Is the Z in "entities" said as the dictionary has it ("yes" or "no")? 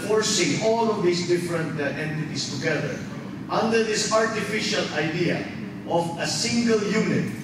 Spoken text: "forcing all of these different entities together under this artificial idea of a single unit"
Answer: no